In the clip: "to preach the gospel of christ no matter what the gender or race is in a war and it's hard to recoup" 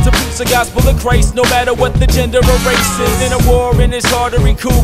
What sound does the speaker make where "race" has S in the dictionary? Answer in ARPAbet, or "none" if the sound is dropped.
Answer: S